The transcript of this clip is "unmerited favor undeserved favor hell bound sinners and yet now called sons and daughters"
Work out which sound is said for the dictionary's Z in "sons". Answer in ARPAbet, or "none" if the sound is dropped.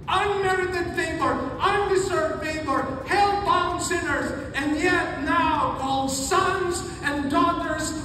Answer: Z